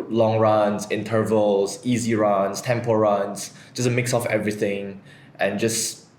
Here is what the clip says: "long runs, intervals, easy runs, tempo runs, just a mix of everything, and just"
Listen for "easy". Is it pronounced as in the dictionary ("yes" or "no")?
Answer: yes